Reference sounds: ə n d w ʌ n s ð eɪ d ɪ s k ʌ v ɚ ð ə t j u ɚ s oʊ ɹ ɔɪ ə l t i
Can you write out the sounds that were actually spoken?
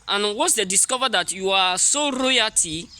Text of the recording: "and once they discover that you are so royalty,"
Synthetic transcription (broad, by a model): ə n w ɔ s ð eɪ d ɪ s k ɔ v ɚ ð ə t j u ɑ s oʊ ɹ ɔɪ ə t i